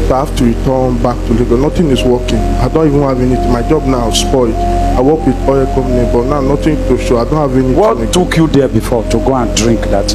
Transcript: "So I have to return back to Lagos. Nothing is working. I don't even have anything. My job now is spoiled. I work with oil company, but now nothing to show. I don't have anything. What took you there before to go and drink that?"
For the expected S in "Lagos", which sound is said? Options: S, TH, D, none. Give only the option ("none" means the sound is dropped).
none